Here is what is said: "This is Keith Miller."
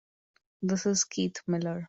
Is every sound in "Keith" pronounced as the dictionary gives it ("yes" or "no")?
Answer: no